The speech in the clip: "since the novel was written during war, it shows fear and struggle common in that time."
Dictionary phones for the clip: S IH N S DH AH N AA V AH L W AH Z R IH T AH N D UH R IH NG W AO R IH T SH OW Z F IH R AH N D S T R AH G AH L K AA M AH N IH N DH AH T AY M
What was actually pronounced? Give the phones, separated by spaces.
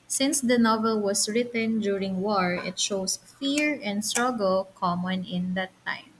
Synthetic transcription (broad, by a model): S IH N S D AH N AA V AH L W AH S R IH T AH N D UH R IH NG W AO R IH T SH OW S F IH R AH N D S T R AH G AH L K AA M AH N IH N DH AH T AY M